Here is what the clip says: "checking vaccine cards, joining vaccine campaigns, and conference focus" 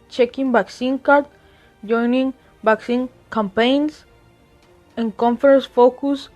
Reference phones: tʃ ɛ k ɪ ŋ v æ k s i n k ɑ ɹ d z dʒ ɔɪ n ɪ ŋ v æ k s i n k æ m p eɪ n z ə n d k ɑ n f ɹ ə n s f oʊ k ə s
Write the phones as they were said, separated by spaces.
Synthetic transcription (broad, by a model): tʃ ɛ k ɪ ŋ b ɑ k s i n k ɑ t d dʒ ɔɪ n ɪ ŋ b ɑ k s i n k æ m p eɪ n s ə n k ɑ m f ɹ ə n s f oʊ k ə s